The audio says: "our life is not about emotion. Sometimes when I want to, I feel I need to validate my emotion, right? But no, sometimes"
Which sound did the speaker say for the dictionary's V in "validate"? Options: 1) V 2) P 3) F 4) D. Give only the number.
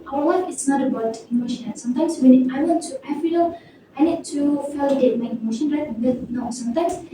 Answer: 3